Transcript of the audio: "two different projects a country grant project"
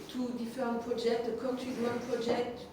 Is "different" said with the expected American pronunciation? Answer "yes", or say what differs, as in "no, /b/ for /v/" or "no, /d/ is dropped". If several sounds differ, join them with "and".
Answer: no, /ɹ/ is dropped